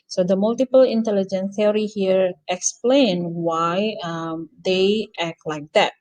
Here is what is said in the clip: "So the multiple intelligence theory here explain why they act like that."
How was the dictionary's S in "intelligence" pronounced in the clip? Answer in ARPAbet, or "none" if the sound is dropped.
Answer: none